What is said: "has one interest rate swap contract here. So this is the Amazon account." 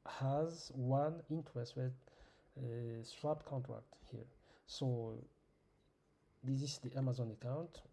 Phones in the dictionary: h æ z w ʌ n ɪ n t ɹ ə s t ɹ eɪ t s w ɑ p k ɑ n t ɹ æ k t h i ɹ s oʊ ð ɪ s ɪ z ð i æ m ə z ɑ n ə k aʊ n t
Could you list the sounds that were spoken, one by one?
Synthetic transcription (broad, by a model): h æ z w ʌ n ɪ n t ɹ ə s t w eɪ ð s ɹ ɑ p k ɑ n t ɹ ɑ k t h i ɹ s oʊ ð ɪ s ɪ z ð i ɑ m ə z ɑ n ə k aʊ n t